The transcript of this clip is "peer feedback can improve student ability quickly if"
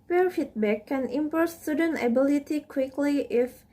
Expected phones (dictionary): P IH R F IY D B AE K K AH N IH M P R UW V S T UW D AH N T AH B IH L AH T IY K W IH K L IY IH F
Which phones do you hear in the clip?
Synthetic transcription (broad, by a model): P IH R F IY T B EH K K AH N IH M P AO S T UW D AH N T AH B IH L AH T IY K W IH K L IY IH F